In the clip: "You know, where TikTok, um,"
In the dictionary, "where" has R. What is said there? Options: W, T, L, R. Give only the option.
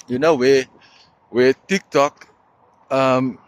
W